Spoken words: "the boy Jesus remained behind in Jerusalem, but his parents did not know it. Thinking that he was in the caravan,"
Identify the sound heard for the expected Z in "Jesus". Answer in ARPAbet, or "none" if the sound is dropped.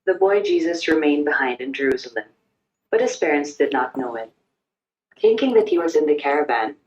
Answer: Z